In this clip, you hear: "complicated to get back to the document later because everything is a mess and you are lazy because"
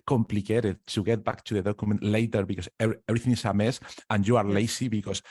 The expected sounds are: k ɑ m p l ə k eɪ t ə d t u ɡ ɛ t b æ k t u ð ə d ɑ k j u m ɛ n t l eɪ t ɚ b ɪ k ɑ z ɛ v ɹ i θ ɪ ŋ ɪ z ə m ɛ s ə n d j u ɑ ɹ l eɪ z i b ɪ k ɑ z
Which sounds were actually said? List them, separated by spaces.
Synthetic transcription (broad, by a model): k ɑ m p l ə k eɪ t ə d t u ɡ ɛ t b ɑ k t u ð ə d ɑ k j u m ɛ n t l eɪ t ɚ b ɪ k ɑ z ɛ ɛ ɹ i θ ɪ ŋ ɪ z ə m ɛ s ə n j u ɑ ɹ l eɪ s i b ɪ k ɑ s